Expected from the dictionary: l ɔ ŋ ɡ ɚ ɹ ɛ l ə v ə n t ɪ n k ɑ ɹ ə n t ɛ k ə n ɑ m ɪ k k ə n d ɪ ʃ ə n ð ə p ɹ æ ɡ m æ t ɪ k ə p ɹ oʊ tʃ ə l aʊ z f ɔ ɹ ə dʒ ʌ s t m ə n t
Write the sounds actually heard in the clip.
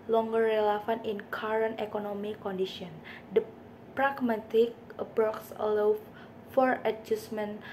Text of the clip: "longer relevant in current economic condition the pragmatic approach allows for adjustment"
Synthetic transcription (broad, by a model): l ɔ ŋ ɡ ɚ ɹ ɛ l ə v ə n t ɪ n k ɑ ɹ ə n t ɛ k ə n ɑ m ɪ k k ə n d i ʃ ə n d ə p ɹ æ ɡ m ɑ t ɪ k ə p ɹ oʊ s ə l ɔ f ɔ ɹ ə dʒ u s m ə n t